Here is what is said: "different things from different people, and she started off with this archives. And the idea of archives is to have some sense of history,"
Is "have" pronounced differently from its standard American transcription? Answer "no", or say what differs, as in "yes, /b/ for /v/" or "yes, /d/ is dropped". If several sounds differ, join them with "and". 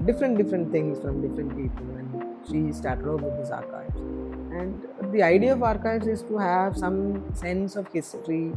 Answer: no